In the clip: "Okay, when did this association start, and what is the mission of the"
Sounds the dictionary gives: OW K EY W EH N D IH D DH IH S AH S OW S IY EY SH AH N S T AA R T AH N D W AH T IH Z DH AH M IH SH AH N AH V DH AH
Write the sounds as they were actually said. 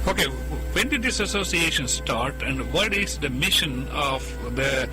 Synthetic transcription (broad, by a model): OW K EY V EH N D IH D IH S AH S OW S IY EY SH AH N S T AA R T AH N D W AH T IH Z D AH M IH SH AH N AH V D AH